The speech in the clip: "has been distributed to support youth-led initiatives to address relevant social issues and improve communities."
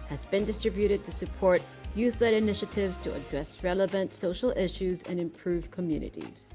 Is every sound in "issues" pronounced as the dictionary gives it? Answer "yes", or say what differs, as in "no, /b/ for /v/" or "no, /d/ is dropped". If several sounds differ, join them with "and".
yes